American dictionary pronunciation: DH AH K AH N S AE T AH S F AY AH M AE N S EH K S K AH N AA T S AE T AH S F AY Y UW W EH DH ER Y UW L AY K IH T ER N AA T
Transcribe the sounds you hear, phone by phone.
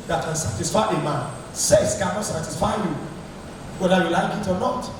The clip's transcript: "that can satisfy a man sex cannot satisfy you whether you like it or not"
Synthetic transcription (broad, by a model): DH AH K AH N S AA T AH S F AY AH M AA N S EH S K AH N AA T S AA T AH S F AY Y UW W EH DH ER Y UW L AY K IH T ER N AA T